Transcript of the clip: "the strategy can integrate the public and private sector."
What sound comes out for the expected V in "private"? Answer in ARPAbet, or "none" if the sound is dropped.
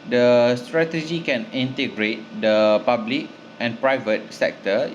V